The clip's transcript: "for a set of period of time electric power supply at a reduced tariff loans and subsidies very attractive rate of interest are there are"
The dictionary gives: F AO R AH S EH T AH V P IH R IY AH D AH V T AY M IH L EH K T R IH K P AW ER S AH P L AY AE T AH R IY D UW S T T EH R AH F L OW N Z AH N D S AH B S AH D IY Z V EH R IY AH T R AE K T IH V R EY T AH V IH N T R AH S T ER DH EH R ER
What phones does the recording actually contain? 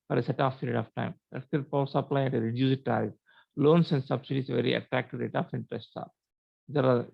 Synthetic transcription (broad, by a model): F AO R AH S EH T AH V P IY R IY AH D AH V T AY M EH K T IH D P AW S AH P L AY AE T AH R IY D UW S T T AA AH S L OW N S AH N D S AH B S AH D IY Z V EH R IY AH T R AE K T IH V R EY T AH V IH N T R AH S T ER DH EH R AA